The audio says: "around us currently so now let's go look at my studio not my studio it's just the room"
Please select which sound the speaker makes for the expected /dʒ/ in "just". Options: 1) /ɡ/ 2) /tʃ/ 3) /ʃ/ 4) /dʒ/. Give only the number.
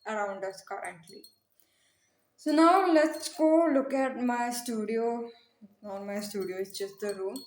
2